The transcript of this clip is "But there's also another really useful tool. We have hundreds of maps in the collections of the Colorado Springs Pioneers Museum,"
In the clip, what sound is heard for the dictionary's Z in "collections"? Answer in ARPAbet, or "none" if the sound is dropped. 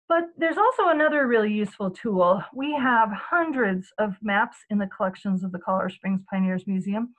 Z